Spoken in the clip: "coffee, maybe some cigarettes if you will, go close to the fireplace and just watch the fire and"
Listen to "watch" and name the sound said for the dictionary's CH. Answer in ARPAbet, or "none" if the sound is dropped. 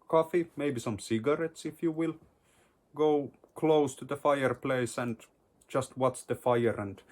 S